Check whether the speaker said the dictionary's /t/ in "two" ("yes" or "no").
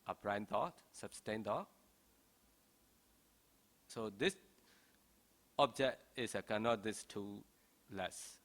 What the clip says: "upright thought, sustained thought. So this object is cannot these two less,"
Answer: yes